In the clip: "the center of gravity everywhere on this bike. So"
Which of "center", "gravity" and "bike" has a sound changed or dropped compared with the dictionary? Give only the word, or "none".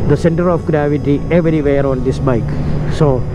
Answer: none